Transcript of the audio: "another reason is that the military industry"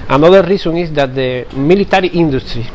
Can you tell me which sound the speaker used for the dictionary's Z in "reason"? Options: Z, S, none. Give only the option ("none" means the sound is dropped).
S